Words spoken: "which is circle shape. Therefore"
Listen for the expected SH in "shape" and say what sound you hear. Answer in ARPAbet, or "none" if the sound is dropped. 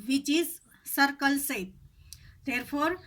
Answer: S